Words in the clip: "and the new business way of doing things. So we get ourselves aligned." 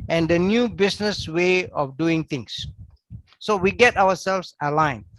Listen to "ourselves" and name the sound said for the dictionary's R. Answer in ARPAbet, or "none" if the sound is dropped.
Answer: W